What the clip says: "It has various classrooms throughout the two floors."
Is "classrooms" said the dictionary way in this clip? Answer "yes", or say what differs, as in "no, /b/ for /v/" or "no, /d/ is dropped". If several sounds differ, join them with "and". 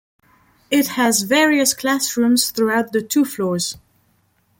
yes